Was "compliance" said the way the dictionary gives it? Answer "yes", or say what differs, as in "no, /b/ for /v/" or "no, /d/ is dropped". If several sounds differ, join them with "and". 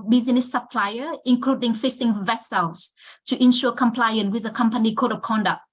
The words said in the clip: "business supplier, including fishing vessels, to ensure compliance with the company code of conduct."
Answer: no, /s/ is dropped